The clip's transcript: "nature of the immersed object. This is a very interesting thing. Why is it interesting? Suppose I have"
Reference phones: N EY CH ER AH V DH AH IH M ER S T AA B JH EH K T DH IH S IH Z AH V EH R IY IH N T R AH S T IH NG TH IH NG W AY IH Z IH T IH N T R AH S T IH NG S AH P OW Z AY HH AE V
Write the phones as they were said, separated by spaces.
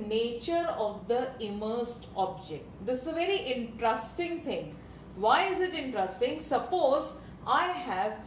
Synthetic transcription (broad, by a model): N EY CH ER AH V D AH IH M ER S T AA B JH EH K T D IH S IH Z AH V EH R IY IH N T R AH S T IH NG T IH NG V AY IH Z IH T IH N T R AH S T IH NG S AH P OW Z AY HH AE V